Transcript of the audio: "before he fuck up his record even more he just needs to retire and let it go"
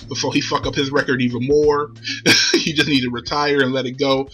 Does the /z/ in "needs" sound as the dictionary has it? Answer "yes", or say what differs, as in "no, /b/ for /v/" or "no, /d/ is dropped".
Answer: no, /z/ is dropped